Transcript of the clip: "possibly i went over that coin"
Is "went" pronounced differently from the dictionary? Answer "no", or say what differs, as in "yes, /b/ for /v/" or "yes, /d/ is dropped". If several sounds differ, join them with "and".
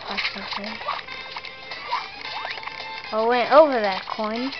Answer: no